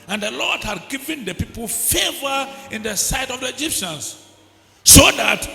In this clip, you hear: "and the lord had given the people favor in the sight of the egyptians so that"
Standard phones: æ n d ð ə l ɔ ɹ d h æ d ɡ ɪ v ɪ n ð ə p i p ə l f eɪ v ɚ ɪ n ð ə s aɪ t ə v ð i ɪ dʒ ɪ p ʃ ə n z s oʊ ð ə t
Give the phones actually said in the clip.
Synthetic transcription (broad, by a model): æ n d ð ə l ɔ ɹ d h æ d ɡ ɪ v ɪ n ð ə p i p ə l f eɪ v ɚ ɪ n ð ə s aɪ t ə v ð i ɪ dʒ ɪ p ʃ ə n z s oʊ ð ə t